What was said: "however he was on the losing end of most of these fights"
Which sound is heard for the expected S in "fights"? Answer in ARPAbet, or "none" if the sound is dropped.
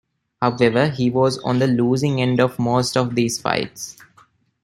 S